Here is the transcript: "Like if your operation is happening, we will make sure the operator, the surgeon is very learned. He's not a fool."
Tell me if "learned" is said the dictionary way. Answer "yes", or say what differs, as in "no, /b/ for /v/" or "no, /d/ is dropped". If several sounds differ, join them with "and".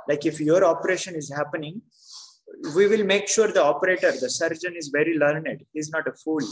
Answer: yes